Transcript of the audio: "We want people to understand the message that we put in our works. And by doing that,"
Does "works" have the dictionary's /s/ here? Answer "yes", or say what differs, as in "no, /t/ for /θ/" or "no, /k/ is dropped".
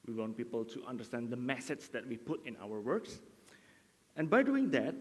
yes